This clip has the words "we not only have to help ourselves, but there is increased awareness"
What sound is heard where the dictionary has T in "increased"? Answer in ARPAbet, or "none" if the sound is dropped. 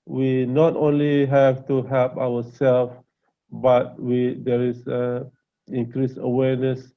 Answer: none